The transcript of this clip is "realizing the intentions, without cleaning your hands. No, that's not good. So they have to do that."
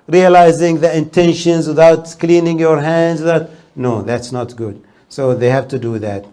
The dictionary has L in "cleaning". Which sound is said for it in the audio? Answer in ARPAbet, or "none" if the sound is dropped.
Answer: L